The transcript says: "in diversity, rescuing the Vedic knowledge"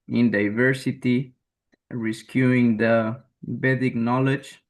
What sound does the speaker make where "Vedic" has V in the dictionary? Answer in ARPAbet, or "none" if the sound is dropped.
B